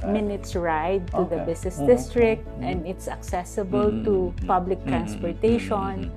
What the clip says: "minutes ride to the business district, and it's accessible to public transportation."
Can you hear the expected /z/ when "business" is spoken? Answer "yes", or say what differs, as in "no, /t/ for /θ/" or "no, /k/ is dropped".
no, /s/ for /z/